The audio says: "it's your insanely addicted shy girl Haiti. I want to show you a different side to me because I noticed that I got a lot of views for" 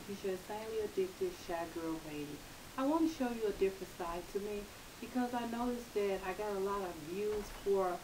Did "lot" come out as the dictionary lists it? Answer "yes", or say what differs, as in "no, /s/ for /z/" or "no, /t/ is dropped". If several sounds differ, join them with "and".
yes